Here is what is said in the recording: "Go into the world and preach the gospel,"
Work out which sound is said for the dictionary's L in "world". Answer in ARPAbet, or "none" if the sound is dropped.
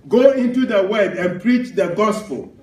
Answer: none